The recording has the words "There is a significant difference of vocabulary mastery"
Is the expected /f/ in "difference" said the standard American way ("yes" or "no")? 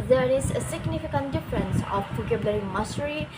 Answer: yes